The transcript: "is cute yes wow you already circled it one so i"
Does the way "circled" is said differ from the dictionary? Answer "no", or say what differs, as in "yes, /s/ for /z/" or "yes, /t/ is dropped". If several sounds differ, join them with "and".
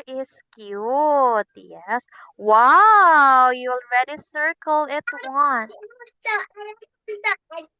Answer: yes, /d/ is dropped